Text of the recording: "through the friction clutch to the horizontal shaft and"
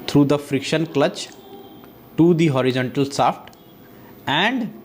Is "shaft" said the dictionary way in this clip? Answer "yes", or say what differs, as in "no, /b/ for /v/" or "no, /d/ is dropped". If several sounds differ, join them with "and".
no, /s/ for /ʃ/